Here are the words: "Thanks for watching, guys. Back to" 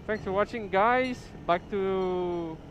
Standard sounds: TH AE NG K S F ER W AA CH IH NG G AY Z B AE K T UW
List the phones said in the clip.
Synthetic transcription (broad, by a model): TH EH NG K S F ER W AA CH IH NG G AY S B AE K T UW